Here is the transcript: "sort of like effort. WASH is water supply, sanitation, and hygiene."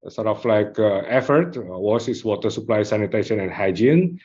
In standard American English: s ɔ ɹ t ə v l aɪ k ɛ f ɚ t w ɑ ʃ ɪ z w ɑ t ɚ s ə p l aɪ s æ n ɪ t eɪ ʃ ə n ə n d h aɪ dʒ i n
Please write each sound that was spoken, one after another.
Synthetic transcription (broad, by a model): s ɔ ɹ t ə f l aɪ k ɛ f ɚ t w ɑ s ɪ s w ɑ t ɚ s ə p l aɪ s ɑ n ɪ t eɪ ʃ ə n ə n h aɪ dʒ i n